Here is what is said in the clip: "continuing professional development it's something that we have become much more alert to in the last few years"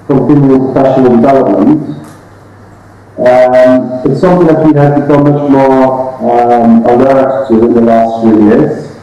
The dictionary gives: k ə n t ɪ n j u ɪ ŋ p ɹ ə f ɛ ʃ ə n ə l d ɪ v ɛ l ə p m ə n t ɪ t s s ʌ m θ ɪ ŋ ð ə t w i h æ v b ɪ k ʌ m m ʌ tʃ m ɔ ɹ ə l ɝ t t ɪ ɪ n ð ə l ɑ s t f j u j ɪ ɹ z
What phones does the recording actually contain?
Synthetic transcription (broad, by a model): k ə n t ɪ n j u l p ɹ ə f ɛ ʃ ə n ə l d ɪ v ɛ l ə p m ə n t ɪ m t s ʌ m θ ɪ ŋ ð ə t w i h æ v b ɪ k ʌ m m ʌ tʃ m ɔ ɹ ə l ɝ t t ɪ ɪ n ð ə l ɑ s t f j u j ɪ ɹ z